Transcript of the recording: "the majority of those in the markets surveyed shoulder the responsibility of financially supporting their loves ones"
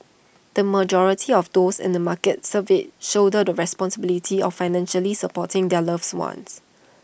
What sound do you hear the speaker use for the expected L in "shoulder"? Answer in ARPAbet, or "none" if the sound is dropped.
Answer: none